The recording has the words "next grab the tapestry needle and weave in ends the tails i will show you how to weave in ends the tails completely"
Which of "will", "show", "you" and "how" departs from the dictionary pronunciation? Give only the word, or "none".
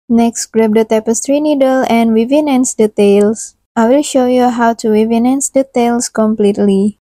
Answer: none